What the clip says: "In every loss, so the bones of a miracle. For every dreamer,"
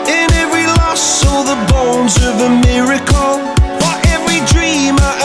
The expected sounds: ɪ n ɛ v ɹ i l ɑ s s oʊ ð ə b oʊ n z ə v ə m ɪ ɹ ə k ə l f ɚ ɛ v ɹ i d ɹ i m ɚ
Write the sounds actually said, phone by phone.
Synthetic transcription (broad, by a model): ɪ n ɛ v ɹ i l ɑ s s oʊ ð ə b oʊ n z ə v ə m ɪ ɹ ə k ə l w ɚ ɛ v ɹ i d ɹ i m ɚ